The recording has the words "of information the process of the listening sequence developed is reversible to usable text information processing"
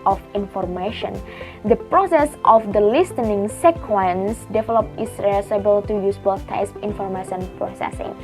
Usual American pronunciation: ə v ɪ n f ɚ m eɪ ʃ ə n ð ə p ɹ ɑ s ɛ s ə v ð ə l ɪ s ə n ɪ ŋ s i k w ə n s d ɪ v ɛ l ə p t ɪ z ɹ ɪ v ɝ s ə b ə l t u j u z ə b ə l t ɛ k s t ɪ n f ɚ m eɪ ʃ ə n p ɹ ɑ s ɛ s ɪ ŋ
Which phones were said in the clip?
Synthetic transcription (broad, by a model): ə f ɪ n f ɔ m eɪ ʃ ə n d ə p ɹ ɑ s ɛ s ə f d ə l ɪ s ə n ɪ ŋ s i k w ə n s d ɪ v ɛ l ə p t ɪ s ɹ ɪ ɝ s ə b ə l t u j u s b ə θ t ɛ s ɪ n f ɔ m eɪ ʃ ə n p ɹ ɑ s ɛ s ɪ ŋ